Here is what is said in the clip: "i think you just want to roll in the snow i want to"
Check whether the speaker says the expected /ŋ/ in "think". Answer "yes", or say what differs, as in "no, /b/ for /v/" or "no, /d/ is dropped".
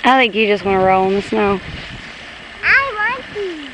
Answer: no, /ŋ/ is dropped